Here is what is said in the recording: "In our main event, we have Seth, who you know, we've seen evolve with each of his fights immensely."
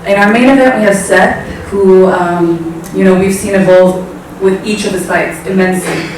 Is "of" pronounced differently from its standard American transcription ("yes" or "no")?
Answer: no